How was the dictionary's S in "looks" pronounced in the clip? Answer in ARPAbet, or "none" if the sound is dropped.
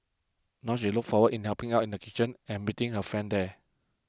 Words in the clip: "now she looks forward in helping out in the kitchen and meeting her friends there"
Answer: none